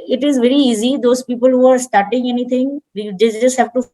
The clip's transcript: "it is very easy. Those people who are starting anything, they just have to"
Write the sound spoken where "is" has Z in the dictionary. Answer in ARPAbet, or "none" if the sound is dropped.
Z